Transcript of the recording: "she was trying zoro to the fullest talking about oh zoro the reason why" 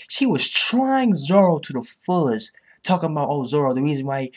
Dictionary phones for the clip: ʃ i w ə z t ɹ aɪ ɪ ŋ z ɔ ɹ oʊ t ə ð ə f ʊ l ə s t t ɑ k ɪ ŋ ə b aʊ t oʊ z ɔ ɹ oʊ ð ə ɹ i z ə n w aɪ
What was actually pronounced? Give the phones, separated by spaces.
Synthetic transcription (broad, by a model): ʃ i w ə z t ɹ aɪ ɪ ŋ z ɔ ɹ oʊ t ə ð ə f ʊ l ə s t t ɑ k ɪ ŋ ə b aʊ t oʊ z ɔ ɹ oʊ ð ə ɹ i z ə n w aɪ